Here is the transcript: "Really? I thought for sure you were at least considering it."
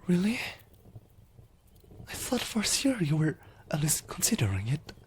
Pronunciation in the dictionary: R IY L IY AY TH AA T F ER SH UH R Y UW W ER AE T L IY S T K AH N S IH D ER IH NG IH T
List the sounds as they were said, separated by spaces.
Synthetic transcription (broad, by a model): R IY L IY AY TH AA T F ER S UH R Y UW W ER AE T L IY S K AH N S IH D ER IH NG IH T